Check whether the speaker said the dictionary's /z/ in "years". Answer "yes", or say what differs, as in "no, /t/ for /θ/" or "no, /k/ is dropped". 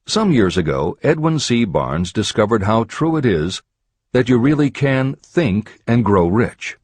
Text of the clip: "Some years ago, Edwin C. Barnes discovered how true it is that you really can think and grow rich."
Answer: yes